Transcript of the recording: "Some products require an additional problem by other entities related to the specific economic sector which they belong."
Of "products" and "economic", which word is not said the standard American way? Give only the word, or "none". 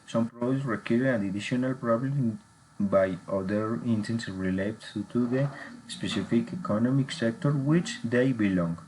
products